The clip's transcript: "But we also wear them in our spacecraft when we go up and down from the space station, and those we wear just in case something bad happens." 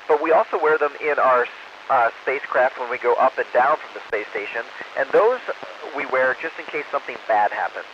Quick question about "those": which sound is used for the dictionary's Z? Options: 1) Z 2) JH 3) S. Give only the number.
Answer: 1